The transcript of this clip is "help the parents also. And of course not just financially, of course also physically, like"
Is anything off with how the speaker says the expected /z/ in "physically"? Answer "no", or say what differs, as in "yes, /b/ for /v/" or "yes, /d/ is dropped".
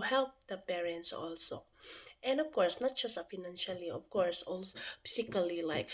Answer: yes, /s/ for /z/